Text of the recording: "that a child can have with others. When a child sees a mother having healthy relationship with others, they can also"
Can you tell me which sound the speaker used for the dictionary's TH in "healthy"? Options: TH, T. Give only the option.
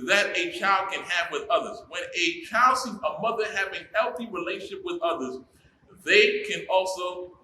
TH